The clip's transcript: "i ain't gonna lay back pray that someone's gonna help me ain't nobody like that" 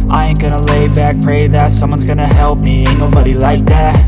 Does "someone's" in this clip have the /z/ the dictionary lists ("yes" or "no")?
yes